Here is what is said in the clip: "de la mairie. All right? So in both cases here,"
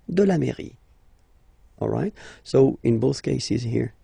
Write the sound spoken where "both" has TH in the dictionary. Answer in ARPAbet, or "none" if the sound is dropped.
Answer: TH